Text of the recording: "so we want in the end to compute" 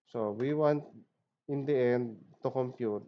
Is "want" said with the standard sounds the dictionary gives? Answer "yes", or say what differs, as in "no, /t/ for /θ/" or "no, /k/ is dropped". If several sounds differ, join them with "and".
yes